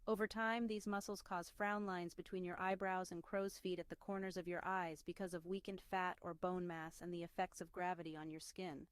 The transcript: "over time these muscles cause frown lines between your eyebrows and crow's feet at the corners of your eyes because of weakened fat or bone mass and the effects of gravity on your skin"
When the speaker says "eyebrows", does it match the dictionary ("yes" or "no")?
yes